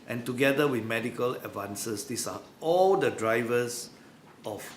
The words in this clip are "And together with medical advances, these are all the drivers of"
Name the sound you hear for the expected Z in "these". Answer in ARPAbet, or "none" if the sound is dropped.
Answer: S